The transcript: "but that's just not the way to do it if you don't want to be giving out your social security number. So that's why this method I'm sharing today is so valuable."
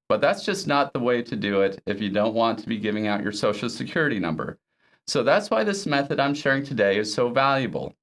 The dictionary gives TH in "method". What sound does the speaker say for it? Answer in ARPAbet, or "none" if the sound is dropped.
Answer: TH